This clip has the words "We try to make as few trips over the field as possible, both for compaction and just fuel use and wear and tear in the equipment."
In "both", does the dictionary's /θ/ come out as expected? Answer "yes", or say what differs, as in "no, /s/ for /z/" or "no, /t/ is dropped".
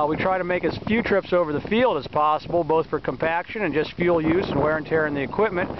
yes